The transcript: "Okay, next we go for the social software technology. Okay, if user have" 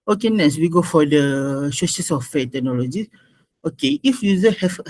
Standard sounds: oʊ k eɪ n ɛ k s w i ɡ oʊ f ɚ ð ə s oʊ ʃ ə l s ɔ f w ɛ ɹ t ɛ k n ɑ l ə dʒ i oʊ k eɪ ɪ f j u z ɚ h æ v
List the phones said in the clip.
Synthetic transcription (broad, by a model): oʊ k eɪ n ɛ s w i ɡ oʊ f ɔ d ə ʃ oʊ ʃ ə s ɔ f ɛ t ɛ k n ɑ l ə dʒ i oʊ k eɪ ɪ f j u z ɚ h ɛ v